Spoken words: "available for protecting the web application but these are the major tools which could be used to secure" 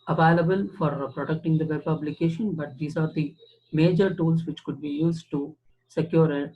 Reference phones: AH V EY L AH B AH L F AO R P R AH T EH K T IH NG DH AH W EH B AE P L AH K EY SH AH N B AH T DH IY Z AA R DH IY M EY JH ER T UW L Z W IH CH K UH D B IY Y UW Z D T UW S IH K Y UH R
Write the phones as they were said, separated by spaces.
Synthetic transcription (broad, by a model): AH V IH L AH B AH L F AO R P R AH T EH K T IH NG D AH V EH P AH B L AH K EY SH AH N B AH T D IY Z AA R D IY M EY JH ER T UW L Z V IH CH K UH D B IY Y UW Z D T UW S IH K Y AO R